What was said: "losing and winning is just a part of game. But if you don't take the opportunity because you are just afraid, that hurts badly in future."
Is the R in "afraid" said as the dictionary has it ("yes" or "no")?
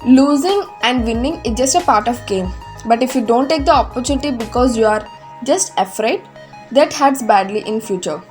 yes